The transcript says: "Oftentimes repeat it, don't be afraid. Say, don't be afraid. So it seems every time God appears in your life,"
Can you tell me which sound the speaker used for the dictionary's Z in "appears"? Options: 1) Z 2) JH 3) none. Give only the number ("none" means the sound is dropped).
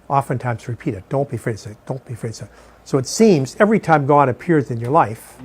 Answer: 1